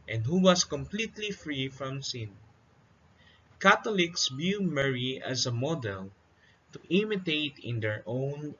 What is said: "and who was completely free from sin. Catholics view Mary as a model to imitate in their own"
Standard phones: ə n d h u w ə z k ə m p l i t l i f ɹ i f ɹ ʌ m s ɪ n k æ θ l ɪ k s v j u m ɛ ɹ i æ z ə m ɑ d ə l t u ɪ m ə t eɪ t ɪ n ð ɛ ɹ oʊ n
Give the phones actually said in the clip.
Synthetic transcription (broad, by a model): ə n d h u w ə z k ə m p l i t l i f ɹ i f ɹ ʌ m s ɪ n k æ t l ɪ k s b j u m ɛ ɹ i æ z ə m ɑ d ə l t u ɪ m ə t eɪ t ɪ n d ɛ ɹ oʊ n